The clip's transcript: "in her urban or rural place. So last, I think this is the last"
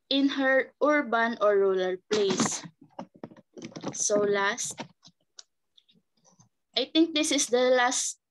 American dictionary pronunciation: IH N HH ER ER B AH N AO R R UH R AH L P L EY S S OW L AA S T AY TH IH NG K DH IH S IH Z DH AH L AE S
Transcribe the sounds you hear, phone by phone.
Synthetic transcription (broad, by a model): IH N HH ER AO B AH N AO R R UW L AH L P L EY S S OW L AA S T AY T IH NG K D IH S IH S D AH L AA S